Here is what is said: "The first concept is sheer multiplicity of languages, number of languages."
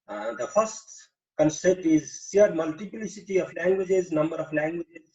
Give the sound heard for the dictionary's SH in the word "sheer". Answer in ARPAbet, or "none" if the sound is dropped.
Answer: S